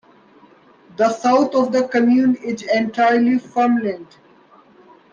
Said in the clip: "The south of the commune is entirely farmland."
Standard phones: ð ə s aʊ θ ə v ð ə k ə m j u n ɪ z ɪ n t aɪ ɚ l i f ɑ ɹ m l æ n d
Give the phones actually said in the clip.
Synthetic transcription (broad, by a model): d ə s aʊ t ə v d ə k ə m j u n ɪ z ɪ n t aɪ ɚ l i f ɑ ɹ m l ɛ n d